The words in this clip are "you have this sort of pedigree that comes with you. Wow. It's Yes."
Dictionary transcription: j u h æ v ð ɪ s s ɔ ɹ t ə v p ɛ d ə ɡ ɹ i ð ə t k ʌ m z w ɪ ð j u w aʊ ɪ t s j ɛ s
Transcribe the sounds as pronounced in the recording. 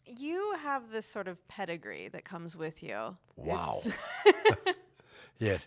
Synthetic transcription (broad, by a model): j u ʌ v ð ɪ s s ɔ ɹ t ə v p ɛ d ə ɡ ɹ i ð ə t k ʌ m z w ɪ ð j u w ɪ t s j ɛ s